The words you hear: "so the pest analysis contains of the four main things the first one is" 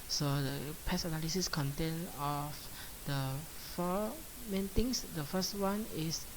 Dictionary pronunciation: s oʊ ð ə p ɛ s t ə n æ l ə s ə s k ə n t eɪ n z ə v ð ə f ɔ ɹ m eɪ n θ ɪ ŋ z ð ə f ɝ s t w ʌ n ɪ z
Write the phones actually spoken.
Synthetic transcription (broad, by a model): s oʊ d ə p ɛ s ə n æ l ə s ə s k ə n t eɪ n ə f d ə f ɔ m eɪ n t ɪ ŋ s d ə f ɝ s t w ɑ n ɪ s